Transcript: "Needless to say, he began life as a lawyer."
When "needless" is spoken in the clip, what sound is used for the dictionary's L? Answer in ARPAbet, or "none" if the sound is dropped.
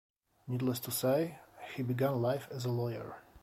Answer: L